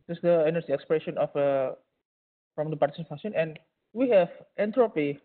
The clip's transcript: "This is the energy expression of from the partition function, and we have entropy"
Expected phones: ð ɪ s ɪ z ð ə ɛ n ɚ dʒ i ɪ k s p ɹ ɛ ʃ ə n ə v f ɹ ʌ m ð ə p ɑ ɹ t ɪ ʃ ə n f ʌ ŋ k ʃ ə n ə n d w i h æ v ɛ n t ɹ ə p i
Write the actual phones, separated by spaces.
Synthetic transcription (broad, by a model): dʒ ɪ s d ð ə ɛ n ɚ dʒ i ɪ k s p ɹ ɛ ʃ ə n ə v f ɹ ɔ m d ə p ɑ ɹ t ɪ s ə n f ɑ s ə n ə n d w i h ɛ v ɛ n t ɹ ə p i